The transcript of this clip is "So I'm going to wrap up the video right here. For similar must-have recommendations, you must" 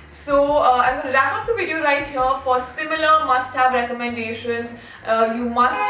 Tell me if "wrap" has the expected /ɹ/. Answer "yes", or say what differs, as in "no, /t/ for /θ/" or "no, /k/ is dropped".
no, /l/ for /ɹ/